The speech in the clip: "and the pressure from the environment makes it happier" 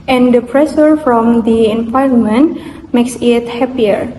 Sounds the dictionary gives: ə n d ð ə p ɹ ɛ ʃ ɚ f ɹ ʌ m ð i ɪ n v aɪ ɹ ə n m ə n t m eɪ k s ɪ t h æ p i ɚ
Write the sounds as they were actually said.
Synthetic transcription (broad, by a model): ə n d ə p ɹ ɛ s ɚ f ɹ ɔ m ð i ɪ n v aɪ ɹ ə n m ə n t m eɪ k s ɪ t h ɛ p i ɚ